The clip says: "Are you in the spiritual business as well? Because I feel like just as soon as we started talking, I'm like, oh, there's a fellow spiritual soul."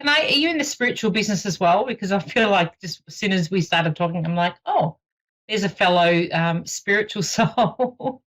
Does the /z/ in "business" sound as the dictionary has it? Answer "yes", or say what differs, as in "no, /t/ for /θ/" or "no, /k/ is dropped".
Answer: yes